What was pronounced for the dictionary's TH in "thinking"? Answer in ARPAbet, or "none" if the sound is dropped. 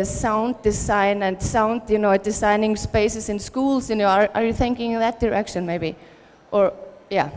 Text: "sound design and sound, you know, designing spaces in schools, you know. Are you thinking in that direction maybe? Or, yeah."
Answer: TH